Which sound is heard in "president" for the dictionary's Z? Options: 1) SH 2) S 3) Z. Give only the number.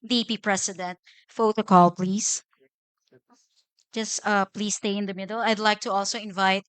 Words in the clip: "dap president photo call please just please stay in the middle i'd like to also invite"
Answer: 2